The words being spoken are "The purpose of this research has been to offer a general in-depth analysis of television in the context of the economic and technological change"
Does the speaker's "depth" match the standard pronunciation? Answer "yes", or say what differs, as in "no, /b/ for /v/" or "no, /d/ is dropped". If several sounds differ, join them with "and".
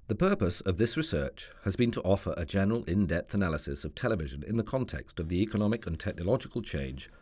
yes